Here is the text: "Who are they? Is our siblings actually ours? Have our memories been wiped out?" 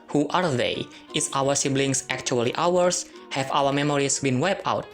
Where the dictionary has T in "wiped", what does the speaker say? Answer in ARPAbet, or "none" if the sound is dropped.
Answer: none